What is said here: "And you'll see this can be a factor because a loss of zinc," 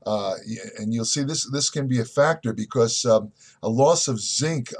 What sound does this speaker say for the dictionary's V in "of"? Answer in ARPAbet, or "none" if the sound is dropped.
V